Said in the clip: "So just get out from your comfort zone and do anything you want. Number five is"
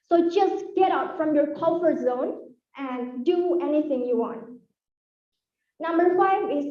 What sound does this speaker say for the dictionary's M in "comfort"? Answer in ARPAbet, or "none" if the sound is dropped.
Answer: none